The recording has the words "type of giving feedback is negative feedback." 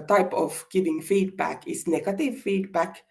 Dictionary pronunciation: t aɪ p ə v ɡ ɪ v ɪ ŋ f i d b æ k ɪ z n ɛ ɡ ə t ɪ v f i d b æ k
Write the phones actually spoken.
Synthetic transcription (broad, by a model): t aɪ p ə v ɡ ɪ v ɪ ŋ f i d b æ k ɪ s n ɛ ɡ ə t ɪ v f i d b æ k